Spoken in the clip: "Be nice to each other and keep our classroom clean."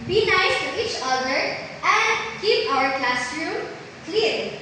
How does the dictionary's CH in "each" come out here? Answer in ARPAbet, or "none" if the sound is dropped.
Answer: CH